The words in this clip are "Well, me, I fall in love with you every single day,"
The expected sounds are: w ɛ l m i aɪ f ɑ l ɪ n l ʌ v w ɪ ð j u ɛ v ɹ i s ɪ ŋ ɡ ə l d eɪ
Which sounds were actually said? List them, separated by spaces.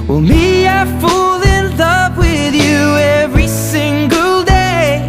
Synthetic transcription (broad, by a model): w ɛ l m i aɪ f ɑ l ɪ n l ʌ p w ɪ ð j u ɛ v ɹ i s ɪ ŋ ɡ ə l d eɪ